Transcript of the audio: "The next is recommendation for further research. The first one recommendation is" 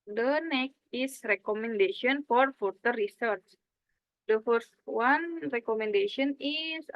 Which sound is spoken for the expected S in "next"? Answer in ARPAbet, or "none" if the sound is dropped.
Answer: none